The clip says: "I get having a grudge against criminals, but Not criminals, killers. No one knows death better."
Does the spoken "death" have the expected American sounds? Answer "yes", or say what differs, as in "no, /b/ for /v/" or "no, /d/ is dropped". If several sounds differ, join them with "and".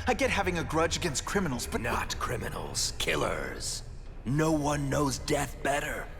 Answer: yes